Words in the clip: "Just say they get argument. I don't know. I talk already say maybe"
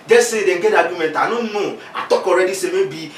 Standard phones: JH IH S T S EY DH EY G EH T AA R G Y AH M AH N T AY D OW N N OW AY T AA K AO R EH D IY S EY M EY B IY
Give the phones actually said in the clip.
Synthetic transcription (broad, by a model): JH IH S S EY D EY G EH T AA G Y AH M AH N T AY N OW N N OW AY T AA K AO R EH D IY S EY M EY B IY